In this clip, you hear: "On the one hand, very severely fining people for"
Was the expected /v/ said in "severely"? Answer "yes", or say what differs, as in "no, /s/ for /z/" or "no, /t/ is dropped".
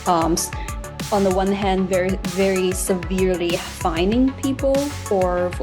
yes